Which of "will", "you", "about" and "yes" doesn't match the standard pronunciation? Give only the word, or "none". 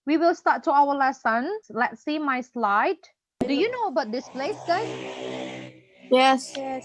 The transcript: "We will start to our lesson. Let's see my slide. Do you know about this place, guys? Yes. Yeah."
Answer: none